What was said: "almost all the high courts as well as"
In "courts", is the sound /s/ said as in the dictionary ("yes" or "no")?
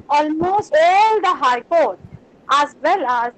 no